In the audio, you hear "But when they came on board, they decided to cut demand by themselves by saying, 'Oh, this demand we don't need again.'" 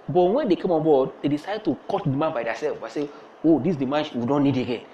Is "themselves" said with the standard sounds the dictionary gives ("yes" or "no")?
no